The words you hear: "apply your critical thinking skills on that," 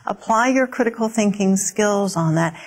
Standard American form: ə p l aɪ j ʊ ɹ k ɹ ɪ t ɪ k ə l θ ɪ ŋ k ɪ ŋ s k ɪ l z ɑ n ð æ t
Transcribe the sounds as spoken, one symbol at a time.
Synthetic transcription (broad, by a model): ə p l aɪ j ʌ ɹ k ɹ ɪ t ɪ k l θ ɪ ŋ k ɪ ŋ s k ɪ l z n ð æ t